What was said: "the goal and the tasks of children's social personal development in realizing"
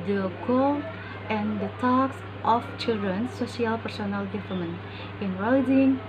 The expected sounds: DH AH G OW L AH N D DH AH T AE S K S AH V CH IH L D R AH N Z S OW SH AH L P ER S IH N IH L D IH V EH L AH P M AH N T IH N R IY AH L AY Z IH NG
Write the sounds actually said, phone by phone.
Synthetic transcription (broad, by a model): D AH G OW L AH N D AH T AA K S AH F CH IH L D R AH N S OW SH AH L P ER S IH N IH L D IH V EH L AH M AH N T IH N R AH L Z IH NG